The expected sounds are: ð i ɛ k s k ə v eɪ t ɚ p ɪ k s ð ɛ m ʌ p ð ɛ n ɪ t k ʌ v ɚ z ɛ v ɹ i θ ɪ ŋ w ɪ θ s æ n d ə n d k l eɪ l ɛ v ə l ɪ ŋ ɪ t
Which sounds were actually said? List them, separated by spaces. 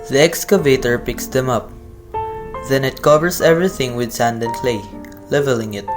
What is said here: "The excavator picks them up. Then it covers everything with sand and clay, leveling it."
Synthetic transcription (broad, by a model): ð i ɛ k s k ə v eɪ t ɚ p ɪ k s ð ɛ m ʌ p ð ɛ n ɪ t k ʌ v ɚ s ɛ v ɹ i θ ɪ ŋ w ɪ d s æ n d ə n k l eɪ l ɛ v ə l ɪ ŋ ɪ t